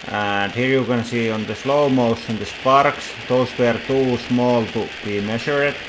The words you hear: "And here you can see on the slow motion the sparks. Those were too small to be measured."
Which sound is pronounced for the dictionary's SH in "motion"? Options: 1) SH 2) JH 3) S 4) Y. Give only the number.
3